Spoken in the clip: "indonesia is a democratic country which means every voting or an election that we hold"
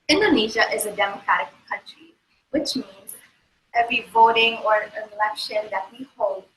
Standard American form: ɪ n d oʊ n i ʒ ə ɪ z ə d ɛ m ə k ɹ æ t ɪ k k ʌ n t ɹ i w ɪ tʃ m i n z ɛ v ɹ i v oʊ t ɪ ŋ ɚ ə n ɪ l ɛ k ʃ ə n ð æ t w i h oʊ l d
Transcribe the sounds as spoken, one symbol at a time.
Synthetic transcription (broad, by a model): ɪ n d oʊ n i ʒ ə ɪ z ə d ɛ m ə k ɹ æ t ɪ k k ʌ n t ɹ i w ɪ tʃ m i n z ɛ v ɹ i v oʊ t ɪ ŋ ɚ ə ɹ ɪ l ɛ k ʃ ə n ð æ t w i h oʊ l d